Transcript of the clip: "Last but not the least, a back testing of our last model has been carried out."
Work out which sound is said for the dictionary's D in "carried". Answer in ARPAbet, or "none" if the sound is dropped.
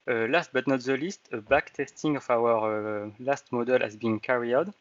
none